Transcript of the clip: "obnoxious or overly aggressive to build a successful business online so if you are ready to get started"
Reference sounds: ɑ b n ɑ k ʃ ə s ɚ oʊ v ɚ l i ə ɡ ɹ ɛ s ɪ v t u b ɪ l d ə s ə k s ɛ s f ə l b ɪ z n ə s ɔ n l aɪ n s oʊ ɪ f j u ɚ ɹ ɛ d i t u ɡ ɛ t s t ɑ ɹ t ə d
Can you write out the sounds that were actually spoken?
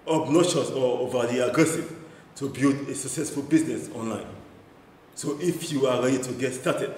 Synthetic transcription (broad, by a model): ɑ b n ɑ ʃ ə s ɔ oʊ v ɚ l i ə ɡ ɹ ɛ s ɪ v t u b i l d ə s ə k s ɛ s f ə l b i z n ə s ɔ n l aɪ n s oʊ ɪ f j u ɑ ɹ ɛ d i t u ɡ ɛ t s t ɑ t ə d